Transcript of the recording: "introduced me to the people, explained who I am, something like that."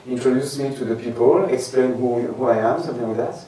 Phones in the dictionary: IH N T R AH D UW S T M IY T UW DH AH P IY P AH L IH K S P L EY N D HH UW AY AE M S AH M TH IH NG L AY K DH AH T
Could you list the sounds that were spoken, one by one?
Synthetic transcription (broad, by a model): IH N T R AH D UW S M IY T UW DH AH P IY P AH L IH K S P L EY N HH HH UW AY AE M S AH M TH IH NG W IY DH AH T